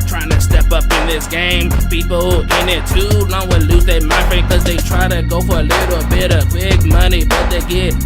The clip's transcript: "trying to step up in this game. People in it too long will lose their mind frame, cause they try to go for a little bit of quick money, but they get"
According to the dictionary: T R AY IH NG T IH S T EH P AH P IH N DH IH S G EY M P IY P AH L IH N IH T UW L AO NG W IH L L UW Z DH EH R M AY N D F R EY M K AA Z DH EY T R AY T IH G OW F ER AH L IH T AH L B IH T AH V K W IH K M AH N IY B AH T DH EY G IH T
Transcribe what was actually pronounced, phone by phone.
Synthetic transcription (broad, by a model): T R AY IH NG T IH S T EH P AH P IH N DH IH S G EY M P IY P L IH N IH T UW N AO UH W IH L L UW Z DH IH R M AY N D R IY K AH Z DH EY T R AY T IH G OW F ER AH L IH T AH B IH T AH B IH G M AH N IY B AH T DH EY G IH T